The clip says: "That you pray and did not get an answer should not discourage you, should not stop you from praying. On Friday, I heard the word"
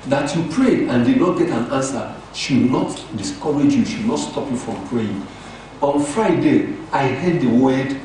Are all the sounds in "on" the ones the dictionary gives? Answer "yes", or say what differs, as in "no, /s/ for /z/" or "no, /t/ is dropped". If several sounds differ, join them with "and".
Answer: yes